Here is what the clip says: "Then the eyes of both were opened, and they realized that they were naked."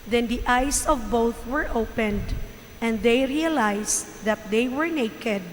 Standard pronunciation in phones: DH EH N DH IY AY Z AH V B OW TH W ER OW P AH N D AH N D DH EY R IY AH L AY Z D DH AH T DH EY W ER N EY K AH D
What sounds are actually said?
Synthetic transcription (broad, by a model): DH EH N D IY AY S AH V B OW TH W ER OW P AH N D AH N D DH EY R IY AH L AY S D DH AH T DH EY W ER N EY K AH D